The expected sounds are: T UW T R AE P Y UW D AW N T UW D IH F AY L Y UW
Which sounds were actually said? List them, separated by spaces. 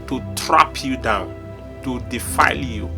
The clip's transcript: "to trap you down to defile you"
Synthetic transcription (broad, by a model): T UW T R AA P Y UW D AW N T UW D IH F AY L Y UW